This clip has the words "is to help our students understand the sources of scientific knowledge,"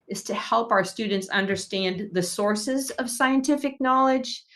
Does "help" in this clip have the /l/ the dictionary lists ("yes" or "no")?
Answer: yes